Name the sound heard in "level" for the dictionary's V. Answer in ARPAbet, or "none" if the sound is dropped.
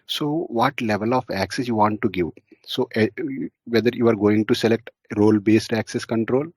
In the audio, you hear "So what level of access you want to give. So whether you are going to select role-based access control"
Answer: V